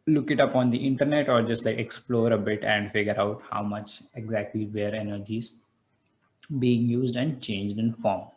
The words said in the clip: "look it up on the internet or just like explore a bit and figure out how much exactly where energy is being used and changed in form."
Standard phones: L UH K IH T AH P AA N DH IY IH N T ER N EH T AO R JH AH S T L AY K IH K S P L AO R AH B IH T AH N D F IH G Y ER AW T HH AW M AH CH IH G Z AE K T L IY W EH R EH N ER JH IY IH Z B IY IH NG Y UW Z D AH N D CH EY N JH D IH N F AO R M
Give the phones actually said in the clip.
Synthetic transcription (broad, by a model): L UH K IH T AH P AA N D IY IH N T ER N EH T AO R JH AH S T L AY K IH K S P L AO R AH B IH T AH N D F IH G Y ER AW T HH AW M AH CH IH G Z AE K T L IY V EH R EH N ER JH IY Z B IY IH NG Y UW Z D AH N D CH EY N JH D IH N F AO R M